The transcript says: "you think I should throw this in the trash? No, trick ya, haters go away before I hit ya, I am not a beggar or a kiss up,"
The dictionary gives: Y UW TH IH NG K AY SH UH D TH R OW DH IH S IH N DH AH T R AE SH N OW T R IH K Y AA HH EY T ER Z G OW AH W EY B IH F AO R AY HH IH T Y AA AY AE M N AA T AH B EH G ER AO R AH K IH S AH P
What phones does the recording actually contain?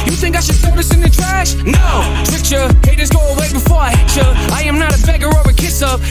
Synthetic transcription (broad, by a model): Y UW TH IH NG K AY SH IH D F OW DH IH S IH N DH AH T R AE SH N OW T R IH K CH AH HH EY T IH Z G OW AH W EY B IH F AO R AY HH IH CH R AA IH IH M N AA T AH B EH G ER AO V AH K IH S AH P